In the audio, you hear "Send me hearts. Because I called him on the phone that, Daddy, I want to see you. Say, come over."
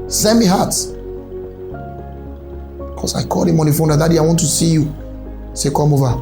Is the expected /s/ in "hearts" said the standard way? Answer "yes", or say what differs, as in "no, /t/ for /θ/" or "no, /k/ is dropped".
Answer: no, /s/ is dropped